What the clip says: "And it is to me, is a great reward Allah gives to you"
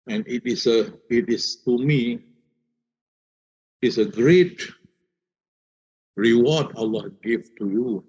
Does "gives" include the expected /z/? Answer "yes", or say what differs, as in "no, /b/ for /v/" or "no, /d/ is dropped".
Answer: no, /z/ is dropped